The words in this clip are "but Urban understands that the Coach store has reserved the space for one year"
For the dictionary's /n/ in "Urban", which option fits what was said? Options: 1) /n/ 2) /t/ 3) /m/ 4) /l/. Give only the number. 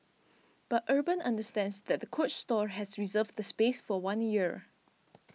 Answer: 1